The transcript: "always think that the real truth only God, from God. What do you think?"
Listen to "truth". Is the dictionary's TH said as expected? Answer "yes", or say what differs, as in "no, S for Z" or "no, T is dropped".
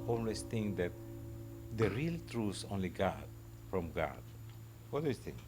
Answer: no, S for TH